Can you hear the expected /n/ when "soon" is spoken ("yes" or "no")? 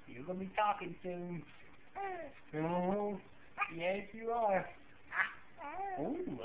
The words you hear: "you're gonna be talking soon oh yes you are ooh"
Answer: no